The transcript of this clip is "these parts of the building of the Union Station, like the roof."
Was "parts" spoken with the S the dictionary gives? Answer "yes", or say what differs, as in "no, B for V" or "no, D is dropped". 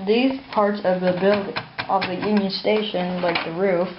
yes